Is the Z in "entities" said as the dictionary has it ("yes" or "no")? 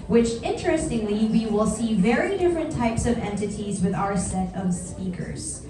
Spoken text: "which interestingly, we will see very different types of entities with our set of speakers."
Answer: yes